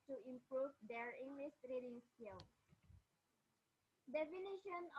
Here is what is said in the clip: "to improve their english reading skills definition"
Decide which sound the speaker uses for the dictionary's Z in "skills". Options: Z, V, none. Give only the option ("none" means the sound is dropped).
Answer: none